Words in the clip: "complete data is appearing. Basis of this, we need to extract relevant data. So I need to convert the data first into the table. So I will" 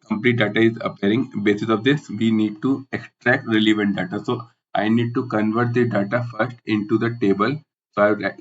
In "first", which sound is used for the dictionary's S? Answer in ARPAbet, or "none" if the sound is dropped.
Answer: S